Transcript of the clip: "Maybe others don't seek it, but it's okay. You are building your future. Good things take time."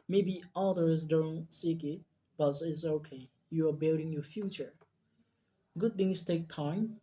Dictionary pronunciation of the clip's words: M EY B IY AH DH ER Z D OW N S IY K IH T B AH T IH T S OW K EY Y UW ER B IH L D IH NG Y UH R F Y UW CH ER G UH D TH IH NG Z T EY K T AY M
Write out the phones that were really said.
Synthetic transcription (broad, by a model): M EY B IY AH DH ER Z D OW N S IY K IH T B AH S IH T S OW K EY Y UW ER B IH L D IH NG Y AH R F Y UW CH ER G UH D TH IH NG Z T EY K T AY M